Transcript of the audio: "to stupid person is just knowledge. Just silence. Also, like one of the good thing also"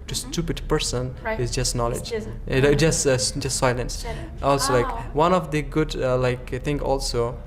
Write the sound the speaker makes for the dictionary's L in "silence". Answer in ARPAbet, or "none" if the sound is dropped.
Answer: L